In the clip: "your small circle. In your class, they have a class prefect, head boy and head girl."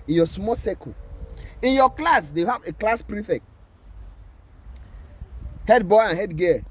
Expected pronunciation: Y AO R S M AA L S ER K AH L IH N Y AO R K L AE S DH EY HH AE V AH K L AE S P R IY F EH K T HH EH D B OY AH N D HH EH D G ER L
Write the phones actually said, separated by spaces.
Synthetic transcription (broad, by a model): Y AO S M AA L S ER K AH IH N Y AO K L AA S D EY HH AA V AH K L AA S P R IY F EH K T HH EH D B OY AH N HH EH D G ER